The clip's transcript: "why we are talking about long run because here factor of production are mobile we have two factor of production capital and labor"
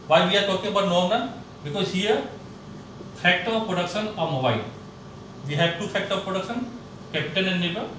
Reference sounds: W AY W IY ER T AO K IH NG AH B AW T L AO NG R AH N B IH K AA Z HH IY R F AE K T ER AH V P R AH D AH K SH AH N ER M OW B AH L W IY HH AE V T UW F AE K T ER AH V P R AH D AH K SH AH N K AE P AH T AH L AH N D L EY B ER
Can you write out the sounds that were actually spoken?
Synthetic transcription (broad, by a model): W AY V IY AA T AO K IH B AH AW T N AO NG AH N B IH K AA Z HH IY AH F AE K T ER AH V P R AH D AH K SH AH N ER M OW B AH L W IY HH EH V T UW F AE K T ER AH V P R AH D AH K SH AH N K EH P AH T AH N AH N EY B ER